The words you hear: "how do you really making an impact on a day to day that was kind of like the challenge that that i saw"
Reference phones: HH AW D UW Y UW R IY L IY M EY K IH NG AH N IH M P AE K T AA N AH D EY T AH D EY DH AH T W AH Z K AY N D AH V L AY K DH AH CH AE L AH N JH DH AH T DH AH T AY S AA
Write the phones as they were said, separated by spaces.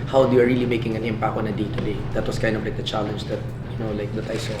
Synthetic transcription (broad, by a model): HH AW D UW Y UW R IY L IY M EY K IH NG AH N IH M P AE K AA N AH D EY T AH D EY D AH T W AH S K AY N D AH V L AY K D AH CH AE L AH N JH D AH T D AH T AY S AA